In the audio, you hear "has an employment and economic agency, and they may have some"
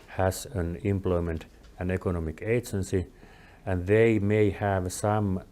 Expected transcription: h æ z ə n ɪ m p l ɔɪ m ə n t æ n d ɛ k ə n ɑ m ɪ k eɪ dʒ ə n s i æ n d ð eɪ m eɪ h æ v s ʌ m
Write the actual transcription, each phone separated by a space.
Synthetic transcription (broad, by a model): h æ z ə n ɪ m p l ɔɪ m ə n t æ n ɛ k ə n ɑ m ɪ k eɪ dʒ ə n s i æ n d ð eɪ m eɪ h æ v s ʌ m